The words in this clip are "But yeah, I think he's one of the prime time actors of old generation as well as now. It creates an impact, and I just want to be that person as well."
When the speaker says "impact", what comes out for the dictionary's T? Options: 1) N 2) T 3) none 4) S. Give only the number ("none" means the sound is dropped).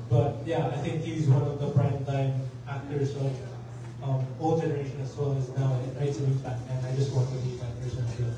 3